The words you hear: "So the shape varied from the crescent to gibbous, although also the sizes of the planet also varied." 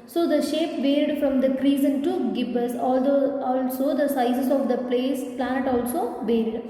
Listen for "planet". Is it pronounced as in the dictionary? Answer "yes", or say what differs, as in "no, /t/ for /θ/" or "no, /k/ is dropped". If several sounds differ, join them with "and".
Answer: no, /l/ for /n/